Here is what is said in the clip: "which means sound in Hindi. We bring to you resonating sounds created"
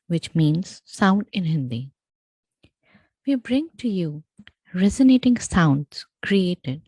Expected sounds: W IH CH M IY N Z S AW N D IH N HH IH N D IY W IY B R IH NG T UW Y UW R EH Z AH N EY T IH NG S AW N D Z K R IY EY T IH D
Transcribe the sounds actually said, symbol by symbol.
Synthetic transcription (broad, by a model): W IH CH M IY N Z S AW N D IH N HH IH N D IY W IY B R IH NG T UW Y UW R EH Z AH N EY T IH NG S AW N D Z K R IY EY T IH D